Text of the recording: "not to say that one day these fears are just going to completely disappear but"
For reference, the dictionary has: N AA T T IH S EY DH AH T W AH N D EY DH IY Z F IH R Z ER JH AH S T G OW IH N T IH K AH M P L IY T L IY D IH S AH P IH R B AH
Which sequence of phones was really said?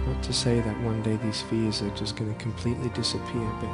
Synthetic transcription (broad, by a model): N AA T T IH S EY DH AH T W AH N D EY DH IY Z F IH R Z ER JH AH S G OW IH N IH K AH M P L IY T L IY D IH S AH P IH R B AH